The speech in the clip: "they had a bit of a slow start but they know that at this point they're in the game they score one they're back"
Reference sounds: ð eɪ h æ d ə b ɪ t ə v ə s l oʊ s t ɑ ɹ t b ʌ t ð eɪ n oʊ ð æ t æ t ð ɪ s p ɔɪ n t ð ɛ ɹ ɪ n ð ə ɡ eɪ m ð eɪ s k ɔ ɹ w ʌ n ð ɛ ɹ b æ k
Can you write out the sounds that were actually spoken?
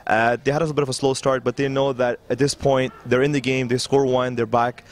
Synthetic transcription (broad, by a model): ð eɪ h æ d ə b ɪ t ə v ə s l oʊ s t ɑ ɹ t b ʌ t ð eɪ n oʊ ð æ t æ t ð ɪ s p ɔɪ n t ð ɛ ɹ ɪ n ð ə ɡ eɪ m ð eɪ s k ɔ ɹ w ʌ n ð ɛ ɹ b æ k